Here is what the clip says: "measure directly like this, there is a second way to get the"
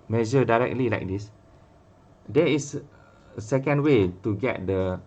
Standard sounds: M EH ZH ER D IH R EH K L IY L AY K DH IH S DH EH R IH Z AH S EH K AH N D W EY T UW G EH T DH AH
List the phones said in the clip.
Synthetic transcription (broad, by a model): M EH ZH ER D IH R EH K L IY L AY K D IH S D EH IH S AH S EH K AH N D W EY T UW G EH T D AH